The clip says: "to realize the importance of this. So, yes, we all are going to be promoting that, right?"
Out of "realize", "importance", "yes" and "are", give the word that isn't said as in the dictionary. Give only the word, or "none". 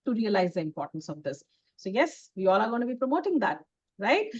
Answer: none